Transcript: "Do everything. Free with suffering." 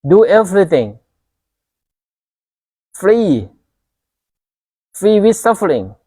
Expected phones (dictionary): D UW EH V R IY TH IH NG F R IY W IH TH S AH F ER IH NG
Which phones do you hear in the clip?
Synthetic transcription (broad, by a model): D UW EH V R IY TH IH NG F R IY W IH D S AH F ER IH NG